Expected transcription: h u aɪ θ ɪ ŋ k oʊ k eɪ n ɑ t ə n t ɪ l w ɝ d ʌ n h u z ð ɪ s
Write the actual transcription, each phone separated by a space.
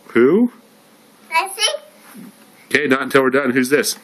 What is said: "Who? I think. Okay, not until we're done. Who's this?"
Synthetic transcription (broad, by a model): h u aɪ s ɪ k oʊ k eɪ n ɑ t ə n t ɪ l w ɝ d ʌ n h u z ð ɪ s